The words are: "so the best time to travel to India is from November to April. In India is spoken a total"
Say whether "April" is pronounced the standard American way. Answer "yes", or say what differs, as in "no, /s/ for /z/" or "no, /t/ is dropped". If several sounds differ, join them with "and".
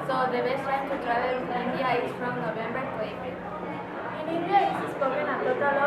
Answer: no, /l/ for /ɹ/